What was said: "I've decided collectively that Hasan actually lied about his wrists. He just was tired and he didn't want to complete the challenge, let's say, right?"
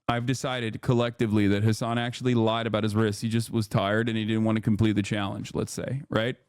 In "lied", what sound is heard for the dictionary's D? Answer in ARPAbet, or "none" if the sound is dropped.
D